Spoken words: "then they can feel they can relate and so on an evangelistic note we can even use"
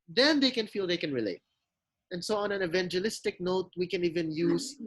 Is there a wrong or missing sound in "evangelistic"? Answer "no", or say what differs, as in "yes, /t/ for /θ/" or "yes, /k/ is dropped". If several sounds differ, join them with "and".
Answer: no